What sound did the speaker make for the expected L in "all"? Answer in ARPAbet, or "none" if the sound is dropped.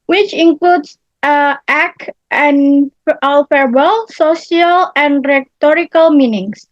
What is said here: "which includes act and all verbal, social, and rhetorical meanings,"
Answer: L